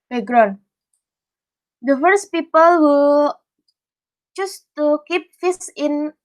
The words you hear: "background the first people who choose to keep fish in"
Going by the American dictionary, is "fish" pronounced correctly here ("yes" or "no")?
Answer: no